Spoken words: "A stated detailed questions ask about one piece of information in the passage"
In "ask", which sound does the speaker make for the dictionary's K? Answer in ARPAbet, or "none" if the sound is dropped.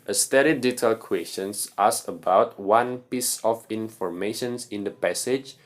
none